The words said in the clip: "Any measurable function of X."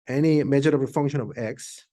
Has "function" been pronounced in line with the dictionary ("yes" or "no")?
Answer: yes